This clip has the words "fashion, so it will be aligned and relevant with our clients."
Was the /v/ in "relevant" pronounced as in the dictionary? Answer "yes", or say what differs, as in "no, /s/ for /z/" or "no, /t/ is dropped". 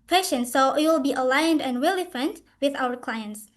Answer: no, /f/ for /v/